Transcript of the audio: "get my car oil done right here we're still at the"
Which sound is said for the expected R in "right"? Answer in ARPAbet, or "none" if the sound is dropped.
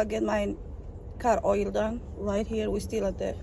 L